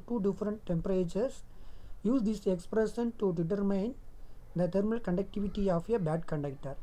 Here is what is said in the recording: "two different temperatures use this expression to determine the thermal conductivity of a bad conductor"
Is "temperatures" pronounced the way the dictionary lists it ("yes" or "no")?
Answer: no